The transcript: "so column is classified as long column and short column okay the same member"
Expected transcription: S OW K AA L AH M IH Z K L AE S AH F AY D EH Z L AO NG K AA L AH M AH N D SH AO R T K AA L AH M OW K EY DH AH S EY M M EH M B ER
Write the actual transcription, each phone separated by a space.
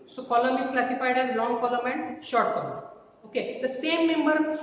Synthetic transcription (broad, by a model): S OW K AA L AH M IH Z K L AE S AH F AY D EH Z L AO NG K AA L AH M AH N D SH AO R T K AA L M OW K EY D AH S EY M M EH M B ER